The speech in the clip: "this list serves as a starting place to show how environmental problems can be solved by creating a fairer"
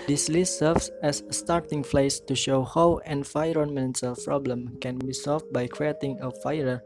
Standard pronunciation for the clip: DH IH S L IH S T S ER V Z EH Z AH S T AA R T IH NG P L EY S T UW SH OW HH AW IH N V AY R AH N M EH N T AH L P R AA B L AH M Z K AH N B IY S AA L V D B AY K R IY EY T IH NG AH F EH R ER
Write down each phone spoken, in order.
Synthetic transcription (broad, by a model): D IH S L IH S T S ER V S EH S T AA R T IH NG F L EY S T UW SH OW HH AW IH N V AY R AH N M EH N S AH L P R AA B L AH M K AH N B IY S AA L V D B AY K R IY EY T IH NG AH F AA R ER